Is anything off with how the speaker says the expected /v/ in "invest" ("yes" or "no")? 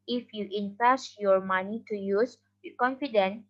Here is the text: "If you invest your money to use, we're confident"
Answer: yes